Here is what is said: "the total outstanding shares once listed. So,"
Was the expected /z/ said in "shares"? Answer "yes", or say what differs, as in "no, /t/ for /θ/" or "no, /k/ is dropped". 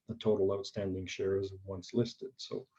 yes